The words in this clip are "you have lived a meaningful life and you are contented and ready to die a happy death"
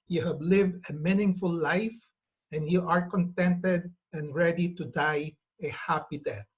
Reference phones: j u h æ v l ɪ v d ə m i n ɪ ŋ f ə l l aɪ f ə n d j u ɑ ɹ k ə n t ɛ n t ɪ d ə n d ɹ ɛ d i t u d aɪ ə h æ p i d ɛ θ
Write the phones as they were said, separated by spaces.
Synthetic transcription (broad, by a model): j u h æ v l ɪ v d ə m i n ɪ ŋ f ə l l aɪ f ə n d j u ɑ ɹ k ə n t ɛ n t ɪ d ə n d ɹ ɛ d i t u d aɪ ə h æ p i d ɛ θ